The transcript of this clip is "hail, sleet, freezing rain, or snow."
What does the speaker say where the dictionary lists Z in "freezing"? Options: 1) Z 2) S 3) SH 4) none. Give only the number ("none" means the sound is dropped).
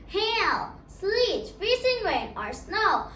2